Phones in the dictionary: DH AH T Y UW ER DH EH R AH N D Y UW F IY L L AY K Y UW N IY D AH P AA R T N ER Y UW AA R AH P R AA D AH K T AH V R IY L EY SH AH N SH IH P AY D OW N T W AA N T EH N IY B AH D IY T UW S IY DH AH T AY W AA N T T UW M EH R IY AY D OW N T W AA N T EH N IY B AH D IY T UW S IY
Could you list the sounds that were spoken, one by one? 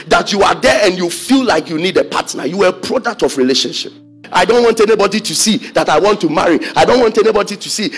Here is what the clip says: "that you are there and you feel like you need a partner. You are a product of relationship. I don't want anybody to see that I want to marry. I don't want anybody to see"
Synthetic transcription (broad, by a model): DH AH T Y UW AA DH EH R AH N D Y UW F IY L L AY K Y UW N IY D AH P AA T N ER Y UW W AH P R AA D AH K T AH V R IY L EY SH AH N SH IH P AY D OW N T W AA N T EH N IY B AH D IY T UW S IY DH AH T AY W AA N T T UW M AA R IY AY D OW N T W AA N T EH N IY B AH D IY T UW S IY